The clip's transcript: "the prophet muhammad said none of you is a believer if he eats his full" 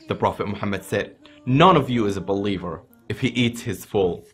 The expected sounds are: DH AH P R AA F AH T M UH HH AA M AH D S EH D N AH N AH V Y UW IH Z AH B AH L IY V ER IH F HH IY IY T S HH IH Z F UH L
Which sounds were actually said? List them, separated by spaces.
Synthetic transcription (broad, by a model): DH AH P R AA F AH T M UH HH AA M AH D S EH D N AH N AH V Y IH Z AH B AH L IY V ER IH F HH IY IY T S HH IH Z F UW L